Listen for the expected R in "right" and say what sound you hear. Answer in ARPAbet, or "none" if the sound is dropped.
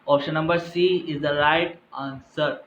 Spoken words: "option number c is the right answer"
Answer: R